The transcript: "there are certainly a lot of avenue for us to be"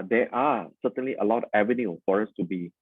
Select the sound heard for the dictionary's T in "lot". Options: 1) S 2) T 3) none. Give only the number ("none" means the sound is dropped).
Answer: 3